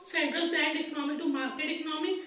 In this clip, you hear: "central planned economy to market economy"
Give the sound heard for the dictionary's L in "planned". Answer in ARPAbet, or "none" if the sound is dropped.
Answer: none